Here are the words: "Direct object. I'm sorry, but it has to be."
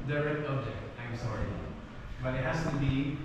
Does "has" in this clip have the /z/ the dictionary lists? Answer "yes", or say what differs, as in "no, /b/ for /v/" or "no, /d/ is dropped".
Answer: no, /s/ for /z/